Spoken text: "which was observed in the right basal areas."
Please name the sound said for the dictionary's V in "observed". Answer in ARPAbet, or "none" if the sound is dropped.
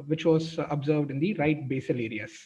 V